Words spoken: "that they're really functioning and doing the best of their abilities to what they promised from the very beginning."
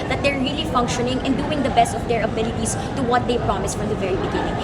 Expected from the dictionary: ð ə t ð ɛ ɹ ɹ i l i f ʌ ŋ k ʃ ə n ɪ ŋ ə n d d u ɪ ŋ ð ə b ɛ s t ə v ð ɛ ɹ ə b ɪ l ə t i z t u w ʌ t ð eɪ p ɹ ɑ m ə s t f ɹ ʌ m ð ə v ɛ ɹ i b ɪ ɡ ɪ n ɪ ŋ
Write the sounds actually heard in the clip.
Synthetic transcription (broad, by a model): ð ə t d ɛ ɹ ɹ i l i f ʌ ŋ k ʃ ə n ɪ ŋ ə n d d u ɪ ŋ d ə b ɛ s t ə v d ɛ ɹ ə b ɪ l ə t i s t u w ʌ t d eɪ p ɹ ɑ m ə s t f ɹ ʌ m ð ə v ɛ ɹ i b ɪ ɡ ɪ n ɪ ŋ